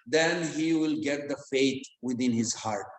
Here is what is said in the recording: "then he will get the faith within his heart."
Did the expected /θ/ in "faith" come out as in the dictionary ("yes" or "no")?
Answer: no